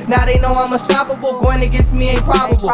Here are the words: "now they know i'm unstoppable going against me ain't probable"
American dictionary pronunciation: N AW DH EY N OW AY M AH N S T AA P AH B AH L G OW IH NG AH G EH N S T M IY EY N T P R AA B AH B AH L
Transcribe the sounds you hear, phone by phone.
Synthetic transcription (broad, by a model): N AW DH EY N OW AY M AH S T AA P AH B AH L G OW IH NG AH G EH S M IY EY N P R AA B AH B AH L